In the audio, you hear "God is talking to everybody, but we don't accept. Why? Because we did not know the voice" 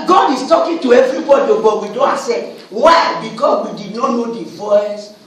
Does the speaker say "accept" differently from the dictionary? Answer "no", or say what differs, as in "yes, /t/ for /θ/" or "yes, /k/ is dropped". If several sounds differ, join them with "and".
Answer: yes, /k/ is dropped